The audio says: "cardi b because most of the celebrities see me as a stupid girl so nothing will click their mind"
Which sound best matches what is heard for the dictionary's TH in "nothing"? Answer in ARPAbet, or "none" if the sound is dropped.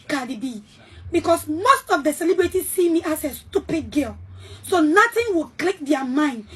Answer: T